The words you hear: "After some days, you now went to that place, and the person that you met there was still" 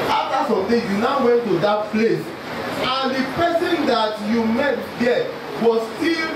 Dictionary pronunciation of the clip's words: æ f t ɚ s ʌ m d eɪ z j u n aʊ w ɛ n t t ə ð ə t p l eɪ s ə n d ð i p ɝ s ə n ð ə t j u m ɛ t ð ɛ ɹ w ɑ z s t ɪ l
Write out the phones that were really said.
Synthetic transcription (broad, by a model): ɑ f t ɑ s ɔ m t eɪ j u n aʊ w ɛ n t t ə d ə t p l eɪ s ə n d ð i p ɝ s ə n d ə t j u m ɛ t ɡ ɛ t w ɑ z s t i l